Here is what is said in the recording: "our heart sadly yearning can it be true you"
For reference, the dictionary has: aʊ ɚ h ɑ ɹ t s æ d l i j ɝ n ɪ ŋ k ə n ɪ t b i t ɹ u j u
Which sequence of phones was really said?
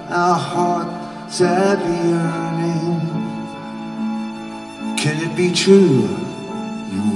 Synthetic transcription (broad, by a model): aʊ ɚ h ɑ ɹ t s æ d i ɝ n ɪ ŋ k ə n ɪ t b i t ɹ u u